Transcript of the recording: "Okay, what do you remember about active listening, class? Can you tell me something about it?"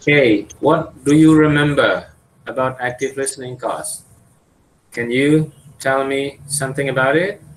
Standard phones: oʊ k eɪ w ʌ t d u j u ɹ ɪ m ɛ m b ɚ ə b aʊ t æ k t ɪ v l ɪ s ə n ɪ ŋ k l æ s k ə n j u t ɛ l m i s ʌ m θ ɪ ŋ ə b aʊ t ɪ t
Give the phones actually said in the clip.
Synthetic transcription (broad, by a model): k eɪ w ʌ t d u j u ɹ ɪ m ɛ m b ɚ ə b aʊ t æ k t ɪ v l ɪ s ə n ɪ ŋ k ɔ s k ə n j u t ɛ l m i s ʌ m θ ɪ ŋ ə b aʊ t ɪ t